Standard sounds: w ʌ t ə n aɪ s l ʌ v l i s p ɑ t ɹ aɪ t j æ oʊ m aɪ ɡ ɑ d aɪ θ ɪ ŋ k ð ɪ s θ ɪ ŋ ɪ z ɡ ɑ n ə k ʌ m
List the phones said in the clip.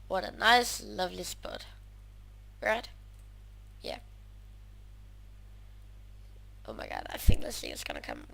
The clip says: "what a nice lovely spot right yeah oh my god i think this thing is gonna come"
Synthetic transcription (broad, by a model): w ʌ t ə n aɪ s l ʌ v l i s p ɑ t ɹ aɪ t j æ oʊ m aɪ ɡ ɑ d aɪ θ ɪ ŋ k ð ɪ s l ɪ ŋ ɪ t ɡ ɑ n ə k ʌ m